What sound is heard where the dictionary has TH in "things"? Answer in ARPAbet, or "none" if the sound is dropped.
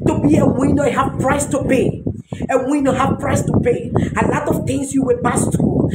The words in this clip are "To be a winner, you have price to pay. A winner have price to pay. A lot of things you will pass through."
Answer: T